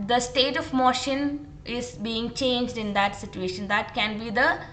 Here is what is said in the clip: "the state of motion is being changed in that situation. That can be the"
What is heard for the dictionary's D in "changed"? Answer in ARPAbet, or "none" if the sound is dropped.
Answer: D